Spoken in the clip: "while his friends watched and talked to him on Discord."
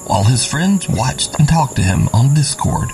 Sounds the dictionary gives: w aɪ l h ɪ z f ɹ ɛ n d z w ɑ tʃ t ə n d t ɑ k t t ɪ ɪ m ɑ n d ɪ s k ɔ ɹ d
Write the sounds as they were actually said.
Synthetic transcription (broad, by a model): w aɪ l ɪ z f ɹ ɛ n d z w ɑ tʃ t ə n t ɑ k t t ɪ ɪ m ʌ n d ɪ s k ɔ ɹ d